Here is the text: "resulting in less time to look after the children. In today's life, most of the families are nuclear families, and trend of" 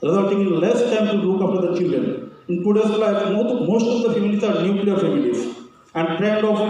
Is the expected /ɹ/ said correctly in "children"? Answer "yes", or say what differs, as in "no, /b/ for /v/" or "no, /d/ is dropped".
yes